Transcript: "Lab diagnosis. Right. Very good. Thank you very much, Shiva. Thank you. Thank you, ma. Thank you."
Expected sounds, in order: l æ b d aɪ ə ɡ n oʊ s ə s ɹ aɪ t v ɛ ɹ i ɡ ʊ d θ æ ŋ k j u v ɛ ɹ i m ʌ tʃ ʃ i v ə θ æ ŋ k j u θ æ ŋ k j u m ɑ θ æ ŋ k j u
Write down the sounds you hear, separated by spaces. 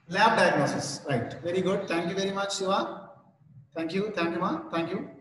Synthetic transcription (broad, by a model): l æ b d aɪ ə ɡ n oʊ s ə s ɹ aɪ t v ɛ ɹ i ɡ ʊ d t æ ŋ k j u v ɛ ɹ i m ʌ tʃ s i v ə t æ ŋ k j u t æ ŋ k j u m ɑ t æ ŋ k j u